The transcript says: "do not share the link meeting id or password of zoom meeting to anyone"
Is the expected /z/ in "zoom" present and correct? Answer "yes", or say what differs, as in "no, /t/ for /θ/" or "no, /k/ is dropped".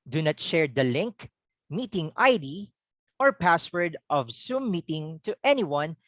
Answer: no, /s/ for /z/